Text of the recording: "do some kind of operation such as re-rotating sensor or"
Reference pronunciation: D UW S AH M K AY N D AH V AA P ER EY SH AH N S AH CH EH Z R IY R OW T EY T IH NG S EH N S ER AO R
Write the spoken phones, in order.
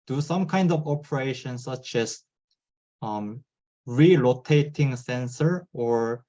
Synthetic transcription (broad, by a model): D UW S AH M K AY N D AH V AA P ER EY SH AH N S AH CH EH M R IY L OW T EY T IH NG S EH N S ER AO R